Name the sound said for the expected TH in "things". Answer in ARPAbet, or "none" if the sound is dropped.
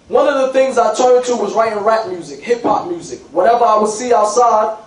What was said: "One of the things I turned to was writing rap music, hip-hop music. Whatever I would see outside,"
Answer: TH